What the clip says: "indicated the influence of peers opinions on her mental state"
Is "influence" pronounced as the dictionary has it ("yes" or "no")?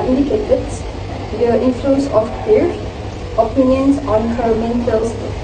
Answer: yes